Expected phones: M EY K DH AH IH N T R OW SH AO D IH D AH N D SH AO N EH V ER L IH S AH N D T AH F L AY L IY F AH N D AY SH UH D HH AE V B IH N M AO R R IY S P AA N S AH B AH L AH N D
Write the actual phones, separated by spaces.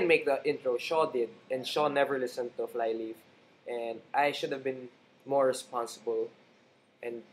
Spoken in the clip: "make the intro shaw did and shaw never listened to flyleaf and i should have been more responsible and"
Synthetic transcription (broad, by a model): M EY K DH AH IH N T R OW SH AO D IH D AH N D SH AO N EH V ER L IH S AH N T AH F L AY L IY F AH N D AY SH UH D HH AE V B IH N M AO R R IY S P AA N S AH B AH L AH N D